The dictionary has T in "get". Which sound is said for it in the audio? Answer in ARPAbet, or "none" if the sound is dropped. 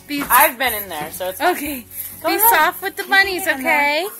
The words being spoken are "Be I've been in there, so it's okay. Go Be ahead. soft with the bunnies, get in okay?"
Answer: none